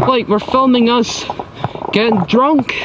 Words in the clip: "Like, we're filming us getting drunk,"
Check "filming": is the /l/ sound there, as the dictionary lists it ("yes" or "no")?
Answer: yes